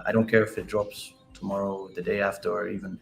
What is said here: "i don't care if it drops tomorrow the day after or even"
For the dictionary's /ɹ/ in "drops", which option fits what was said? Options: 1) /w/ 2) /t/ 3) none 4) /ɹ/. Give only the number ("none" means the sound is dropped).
4